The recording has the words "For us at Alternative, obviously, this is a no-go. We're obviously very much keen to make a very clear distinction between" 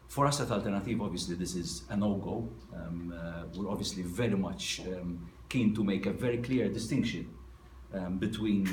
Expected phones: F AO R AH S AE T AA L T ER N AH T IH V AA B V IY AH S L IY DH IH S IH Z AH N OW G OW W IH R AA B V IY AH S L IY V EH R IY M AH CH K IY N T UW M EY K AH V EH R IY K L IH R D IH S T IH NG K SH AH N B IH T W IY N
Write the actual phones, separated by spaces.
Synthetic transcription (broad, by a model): F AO R AH S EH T AA L T ER N AH T IH V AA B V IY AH S L IY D IH S IH Z AH N OW G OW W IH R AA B V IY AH S L IY V EH R IY M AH CH K IY N T UW M EY K AH V EH R IY K L IH R D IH S T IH NG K SH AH N B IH T W IY N